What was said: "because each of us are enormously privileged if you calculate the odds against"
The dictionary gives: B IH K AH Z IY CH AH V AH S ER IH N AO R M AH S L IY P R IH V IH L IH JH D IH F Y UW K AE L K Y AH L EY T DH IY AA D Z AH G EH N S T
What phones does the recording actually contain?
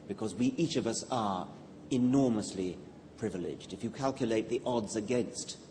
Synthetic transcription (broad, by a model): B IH K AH Z IY CH AH V AH S ER IH N AO R M AH S L IY P R IH V IH L IH JH D IH F Y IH K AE L K Y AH L EY T DH IY AA D Z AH G EH N S T